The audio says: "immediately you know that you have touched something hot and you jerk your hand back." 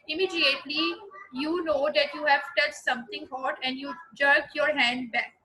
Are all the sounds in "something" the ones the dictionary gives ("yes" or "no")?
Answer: no